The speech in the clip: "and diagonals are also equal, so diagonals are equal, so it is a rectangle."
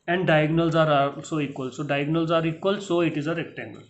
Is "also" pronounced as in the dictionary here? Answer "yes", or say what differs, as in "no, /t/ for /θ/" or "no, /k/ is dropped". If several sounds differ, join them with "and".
no, /l/ is dropped